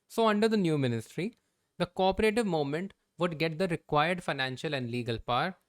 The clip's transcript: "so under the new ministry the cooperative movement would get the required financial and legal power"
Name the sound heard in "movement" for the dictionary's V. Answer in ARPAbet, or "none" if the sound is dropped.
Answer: none